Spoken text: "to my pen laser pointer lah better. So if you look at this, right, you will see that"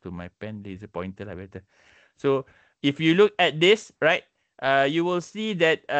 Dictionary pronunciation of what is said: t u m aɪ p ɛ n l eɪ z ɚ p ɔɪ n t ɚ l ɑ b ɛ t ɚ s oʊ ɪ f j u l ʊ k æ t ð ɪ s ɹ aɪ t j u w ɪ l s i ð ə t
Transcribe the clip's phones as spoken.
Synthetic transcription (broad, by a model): t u m aɪ p ɛ n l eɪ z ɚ p ɔɪ n t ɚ l ɑ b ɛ t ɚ s oʊ ɪ f j u l ʊ k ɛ t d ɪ s ɹ aɪ t j u w ɪ l s i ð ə t